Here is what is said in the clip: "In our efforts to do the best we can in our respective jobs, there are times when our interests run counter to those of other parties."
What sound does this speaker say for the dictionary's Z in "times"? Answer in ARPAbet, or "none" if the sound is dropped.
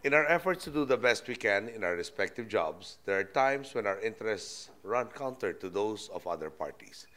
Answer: S